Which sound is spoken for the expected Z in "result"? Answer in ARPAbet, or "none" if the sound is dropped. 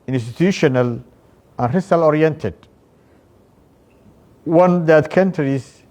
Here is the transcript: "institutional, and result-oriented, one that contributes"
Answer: S